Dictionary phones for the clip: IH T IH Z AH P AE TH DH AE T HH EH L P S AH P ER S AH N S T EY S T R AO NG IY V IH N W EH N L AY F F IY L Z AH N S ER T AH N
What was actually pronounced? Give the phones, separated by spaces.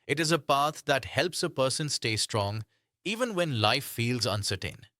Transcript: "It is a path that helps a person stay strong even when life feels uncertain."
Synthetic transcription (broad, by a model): IH T IH Z AH P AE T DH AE T HH EH L P S AH P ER S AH N S T EY S T R AO NG IY V IH N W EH N L AY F F IY L Z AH N S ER T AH N